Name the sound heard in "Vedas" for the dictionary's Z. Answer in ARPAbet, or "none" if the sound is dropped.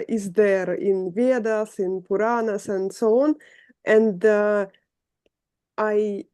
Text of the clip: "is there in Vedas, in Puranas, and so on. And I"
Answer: S